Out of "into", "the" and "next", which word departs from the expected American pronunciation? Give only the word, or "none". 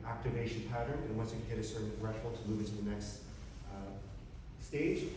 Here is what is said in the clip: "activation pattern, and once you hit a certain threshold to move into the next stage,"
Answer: none